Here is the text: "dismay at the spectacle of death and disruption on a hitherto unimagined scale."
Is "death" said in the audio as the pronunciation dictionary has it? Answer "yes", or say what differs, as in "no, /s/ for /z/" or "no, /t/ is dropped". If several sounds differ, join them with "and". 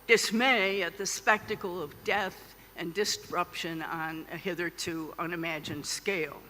yes